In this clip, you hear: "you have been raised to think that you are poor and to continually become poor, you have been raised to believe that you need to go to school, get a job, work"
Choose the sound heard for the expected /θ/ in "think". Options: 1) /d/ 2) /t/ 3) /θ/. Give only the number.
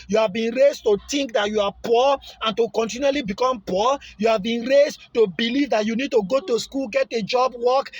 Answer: 2